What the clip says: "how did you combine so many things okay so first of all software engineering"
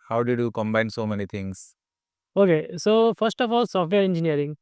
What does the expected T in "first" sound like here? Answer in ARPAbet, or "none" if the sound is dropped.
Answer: T